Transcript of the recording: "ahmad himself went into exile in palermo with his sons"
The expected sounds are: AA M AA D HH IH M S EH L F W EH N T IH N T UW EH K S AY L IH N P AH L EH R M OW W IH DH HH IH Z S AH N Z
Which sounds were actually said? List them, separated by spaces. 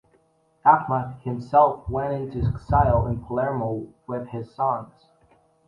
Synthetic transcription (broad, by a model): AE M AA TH HH IH M S EH L F W EH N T IH N T UW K S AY L IH N P AH L EH R M OW W IH DH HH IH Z S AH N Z